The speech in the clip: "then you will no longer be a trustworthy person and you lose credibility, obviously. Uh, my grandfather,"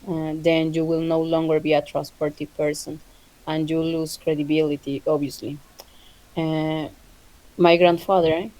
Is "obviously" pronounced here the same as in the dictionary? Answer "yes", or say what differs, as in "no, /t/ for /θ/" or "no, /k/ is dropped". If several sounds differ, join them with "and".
no, /v/ is dropped